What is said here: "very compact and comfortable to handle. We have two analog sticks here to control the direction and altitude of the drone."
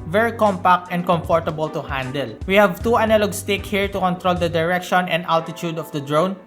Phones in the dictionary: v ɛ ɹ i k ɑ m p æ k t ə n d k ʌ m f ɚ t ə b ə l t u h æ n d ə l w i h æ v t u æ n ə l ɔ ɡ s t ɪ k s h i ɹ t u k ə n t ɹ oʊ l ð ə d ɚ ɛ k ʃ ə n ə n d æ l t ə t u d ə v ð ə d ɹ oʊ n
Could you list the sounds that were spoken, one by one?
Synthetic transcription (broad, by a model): v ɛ ɹ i k ɑ m p æ k t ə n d k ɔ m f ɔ t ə b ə l t u h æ n d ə l w i h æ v t u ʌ n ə l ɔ ɡ s t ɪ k h i ɹ t u k ə n t ɹ oʊ l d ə d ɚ ɛ k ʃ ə n ə n d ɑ l t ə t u d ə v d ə d ɹ oʊ n